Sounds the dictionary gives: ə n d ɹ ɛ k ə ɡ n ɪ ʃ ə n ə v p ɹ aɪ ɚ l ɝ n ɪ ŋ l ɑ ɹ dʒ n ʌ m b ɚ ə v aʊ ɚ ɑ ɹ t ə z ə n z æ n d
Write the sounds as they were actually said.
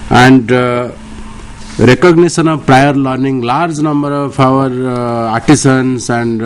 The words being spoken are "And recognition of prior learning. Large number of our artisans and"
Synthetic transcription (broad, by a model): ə n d ɹ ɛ k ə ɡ n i s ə n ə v p ɹ aɪ ɚ l ɝ n ɪ ŋ l ɑ ɹ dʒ n ʌ m b ɚ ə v aʊ ɚ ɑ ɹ t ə s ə n s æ n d